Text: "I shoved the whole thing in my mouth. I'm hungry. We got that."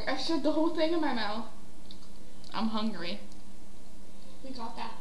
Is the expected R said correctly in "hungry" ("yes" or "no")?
yes